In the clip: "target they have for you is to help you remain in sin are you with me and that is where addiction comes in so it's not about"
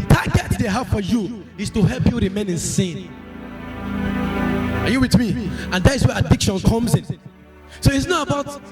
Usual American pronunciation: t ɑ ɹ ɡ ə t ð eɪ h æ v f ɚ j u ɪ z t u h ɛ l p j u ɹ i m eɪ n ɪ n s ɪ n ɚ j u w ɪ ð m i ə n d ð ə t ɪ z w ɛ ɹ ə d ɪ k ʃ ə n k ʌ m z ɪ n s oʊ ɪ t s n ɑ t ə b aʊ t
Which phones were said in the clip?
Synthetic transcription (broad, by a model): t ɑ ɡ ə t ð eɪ h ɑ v f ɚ j u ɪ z t u h ɛ l p j u ɹ i m eɪ n ɪ n s ɪ n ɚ j u w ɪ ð m i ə n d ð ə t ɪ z w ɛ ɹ ə d ɪ k ʃ ə n k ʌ m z ɪ n s oʊ ɪ t s n ɑ t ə b aʊ t